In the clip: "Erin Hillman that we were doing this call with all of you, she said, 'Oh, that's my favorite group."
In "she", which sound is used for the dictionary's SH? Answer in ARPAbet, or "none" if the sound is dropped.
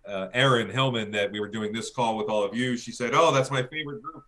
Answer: SH